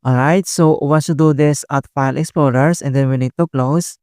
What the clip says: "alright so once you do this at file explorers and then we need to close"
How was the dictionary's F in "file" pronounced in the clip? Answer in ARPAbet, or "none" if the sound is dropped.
F